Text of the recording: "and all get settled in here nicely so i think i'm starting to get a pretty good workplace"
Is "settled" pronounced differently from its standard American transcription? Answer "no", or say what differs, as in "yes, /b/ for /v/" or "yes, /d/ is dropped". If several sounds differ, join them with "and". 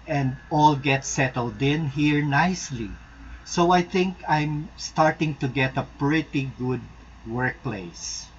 no